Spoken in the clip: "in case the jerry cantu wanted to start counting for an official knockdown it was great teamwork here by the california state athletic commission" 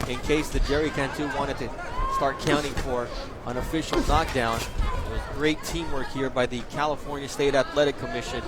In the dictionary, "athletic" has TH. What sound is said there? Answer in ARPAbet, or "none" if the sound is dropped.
T